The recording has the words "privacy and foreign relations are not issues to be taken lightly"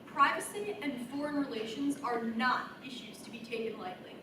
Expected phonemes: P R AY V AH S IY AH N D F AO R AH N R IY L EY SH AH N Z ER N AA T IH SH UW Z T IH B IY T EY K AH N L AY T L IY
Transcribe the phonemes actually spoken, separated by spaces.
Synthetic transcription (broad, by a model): P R AY V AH S IY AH N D F AO R AH N R IY L EY SH AH N Z ER N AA T IH SH UW Z T IH B IY T EY K AH N L AY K L IY